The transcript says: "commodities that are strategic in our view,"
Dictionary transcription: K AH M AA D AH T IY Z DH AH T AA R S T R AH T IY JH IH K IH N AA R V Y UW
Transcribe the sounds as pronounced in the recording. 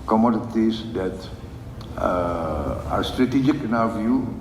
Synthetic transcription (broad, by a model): K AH M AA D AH T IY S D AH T AA R S T R AH T IY JH IH K IH N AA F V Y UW